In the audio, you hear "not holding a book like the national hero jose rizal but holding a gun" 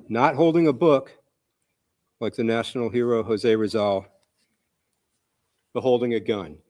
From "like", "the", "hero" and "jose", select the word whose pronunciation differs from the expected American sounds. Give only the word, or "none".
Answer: none